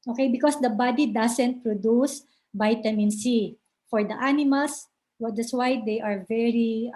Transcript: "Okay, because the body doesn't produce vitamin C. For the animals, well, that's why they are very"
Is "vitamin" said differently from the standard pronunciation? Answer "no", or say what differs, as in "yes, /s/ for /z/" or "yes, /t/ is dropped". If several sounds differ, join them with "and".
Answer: yes, /b/ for /v/